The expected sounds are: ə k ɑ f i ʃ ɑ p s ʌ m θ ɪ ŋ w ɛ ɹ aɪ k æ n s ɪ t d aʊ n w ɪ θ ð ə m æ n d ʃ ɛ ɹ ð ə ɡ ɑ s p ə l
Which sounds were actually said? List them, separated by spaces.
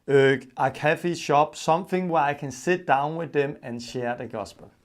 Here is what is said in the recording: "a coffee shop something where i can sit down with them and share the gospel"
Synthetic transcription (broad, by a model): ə k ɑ f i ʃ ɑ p s ʌ m θ ɪ ŋ w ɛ aɪ k æ n s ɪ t d aʊ n w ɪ ð ə m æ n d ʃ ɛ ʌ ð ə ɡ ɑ s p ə l